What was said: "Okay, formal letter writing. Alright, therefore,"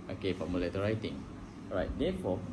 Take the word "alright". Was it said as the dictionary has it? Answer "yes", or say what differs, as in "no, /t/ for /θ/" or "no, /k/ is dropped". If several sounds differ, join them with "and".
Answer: no, /l/ is dropped